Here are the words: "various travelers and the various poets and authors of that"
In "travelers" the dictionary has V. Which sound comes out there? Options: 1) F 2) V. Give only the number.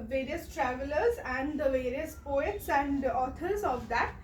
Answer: 2